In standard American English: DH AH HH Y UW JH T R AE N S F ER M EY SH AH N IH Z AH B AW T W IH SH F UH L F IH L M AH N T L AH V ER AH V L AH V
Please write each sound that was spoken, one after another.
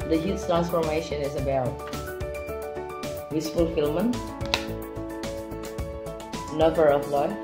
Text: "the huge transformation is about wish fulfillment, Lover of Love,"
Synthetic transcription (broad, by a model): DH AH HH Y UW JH T R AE N S F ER M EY SH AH N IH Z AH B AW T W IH S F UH L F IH L M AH N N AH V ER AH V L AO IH